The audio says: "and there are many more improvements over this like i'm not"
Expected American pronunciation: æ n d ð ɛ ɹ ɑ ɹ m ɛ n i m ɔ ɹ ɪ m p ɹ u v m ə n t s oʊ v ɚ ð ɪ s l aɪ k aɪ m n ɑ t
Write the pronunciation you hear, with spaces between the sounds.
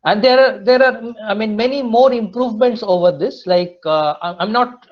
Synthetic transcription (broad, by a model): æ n d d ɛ ɹ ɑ ɹ m ɛ n i m ɔ ɹ ɪ m p ɹ u v m ə n t s oʊ v ɚ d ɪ s l aɪ k aɪ m n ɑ t